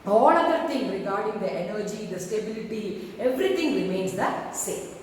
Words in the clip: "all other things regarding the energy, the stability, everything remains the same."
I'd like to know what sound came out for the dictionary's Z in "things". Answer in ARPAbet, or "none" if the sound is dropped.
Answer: none